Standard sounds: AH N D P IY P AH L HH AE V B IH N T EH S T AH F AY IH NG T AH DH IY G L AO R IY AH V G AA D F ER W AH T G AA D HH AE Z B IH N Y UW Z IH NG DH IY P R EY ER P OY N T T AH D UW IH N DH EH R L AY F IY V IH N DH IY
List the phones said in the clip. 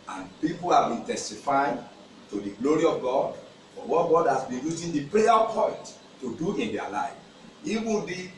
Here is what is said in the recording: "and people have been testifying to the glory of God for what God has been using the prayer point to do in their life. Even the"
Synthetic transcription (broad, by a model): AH N P IY P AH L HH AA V B IH N T EH S T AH F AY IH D T AH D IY G L AO R IY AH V G AA D F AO W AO T G AA D HH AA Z B IH N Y UW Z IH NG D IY P R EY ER P OY N T T AH D UW IH N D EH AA L AY F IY W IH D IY